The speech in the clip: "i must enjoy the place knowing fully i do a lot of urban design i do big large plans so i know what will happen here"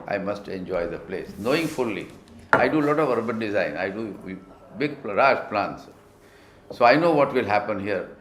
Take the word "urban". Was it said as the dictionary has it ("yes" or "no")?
yes